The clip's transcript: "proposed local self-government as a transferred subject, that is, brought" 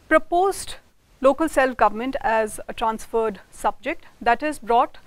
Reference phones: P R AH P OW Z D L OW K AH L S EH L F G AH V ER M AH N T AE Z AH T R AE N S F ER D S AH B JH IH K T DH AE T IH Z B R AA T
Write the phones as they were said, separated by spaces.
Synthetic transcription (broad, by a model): P R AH P OW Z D L OW K AH L S EH L F G AH V ER M AH N T AE Z AH T R AE N S F ER D S AH B JH IH K T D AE T IH Z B R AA T